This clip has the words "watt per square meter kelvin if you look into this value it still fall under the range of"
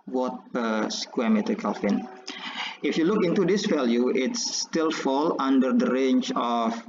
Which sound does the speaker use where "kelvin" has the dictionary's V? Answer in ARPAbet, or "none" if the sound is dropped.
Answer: F